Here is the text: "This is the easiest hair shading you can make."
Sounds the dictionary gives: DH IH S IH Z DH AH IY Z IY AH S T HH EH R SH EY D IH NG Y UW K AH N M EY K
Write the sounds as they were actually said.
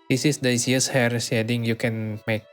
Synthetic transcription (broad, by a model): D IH S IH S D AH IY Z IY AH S HH EH R S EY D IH NG Y UW K AH N M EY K